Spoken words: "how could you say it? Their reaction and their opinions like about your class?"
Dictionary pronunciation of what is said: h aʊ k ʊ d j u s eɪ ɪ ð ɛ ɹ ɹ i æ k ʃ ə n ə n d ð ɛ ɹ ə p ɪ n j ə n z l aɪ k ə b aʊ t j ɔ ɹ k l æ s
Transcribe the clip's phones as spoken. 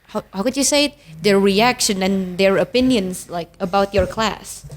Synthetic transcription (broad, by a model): h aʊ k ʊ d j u s eɪ ɪ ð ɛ ɹ ɹ i æ k ʃ ə n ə n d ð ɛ ɹ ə p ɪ n j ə n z l aɪ k ə b aʊ t j ɔ ɹ k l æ s